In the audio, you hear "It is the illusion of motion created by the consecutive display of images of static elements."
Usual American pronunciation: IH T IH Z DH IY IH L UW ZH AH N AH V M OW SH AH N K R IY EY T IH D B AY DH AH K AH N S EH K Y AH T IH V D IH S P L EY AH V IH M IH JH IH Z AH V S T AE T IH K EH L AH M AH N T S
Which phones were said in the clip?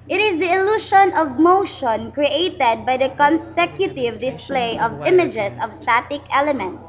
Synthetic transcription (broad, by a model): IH T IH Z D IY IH L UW SH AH N AH V M OW SH AH N K R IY EY T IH D B AY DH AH K AH N S EH K Y AH T IH V D IH S P L EY AH V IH M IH JH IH S AH V S T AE T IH K EH L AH M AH N T S